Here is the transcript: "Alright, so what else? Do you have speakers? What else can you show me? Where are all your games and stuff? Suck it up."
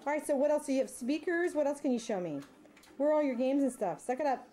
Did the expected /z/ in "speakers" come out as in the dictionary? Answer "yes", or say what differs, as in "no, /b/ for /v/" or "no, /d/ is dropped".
yes